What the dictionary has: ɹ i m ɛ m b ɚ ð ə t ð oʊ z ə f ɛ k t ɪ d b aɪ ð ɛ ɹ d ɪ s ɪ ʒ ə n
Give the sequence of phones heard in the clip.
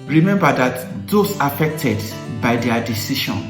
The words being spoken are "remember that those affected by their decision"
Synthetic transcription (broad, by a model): ɹ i m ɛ m b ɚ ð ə t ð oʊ s ə f ɛ k t ɪ d b aɪ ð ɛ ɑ d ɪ s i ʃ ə n